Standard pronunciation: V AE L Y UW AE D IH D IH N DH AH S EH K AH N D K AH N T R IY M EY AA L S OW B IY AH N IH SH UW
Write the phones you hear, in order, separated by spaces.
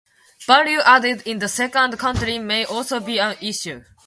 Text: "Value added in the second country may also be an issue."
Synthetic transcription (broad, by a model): B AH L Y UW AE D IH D IH N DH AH S EH K AH N D K AH N T R IY M EY AA L S OW B IY AH N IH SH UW